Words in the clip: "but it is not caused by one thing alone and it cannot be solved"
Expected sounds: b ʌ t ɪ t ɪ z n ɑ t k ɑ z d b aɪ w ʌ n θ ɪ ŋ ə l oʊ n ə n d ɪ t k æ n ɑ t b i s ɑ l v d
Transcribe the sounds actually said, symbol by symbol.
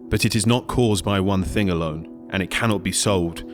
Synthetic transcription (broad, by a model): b ʌ t ɪ t ɪ z n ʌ t k ɑ z b aɪ w ʌ n θ ɪ ŋ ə l oʊ n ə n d ɪ t k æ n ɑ t b i s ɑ l v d